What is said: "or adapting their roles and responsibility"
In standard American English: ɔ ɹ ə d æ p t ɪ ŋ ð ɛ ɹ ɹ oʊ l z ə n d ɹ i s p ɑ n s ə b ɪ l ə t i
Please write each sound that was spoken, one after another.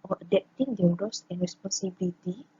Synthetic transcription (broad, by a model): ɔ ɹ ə d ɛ p t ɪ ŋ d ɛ w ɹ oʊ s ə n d ɹ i s p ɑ n s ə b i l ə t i